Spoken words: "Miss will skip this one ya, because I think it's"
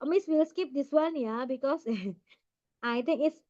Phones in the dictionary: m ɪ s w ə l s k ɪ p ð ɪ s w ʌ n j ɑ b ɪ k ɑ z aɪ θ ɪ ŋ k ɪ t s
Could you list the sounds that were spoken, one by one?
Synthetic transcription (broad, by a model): m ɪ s w ə l s k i p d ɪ s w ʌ n j ɑ b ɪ k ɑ s aɪ t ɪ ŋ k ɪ t s